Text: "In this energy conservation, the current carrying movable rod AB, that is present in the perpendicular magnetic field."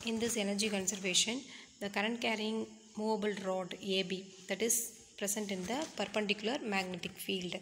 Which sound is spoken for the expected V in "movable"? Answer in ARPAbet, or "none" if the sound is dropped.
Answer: V